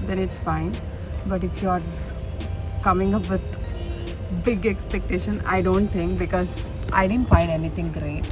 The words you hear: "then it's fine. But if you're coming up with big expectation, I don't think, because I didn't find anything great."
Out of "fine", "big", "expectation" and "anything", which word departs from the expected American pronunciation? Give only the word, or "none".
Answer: anything